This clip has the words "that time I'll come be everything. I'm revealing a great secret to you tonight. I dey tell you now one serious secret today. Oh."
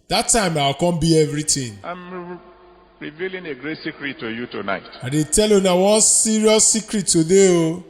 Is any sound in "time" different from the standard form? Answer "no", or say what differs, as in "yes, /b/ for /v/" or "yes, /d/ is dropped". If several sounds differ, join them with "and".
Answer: no